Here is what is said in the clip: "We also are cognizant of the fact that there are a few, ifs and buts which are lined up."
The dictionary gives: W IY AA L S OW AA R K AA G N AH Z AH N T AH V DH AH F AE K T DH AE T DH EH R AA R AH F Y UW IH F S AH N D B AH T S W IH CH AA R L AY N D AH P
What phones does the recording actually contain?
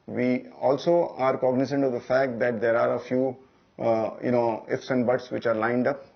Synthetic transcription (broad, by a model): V IY AA L S OW AA R K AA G N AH S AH N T AH V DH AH F AE K T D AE T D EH R AA R AH F Y UW IH F S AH N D B AH T S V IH CH AA R L AY N D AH P